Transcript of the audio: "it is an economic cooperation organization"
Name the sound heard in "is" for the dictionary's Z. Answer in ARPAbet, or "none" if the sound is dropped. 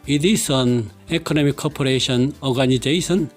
S